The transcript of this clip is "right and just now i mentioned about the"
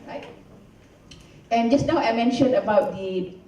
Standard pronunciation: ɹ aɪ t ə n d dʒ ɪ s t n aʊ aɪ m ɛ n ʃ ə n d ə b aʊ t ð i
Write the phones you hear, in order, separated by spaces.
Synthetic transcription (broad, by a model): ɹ aɪ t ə n dʒ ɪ s n aʊ aɪ m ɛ n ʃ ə n ə b aʊ t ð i